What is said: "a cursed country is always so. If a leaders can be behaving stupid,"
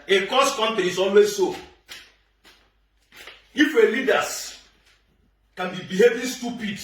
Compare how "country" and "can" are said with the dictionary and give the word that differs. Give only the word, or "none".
country